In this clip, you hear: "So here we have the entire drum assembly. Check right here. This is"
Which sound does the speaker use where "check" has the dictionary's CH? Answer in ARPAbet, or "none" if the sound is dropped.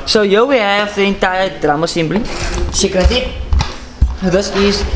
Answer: S